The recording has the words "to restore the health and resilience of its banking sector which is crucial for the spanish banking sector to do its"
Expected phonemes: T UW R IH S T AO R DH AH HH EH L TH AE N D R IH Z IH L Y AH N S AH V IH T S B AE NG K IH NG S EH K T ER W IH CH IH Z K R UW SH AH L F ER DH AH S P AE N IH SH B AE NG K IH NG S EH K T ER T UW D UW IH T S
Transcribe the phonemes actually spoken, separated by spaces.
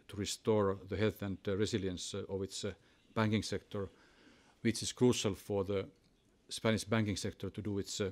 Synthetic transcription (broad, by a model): T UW R IH S T AO R DH AH HH EH L TH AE N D R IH S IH L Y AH N S AH V IH T S B AE NG K IH NG S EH K T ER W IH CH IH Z K R UW SH AH L F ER DH AH S P AE N IH SH B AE NG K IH NG S EH K T ER T UW D UW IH T S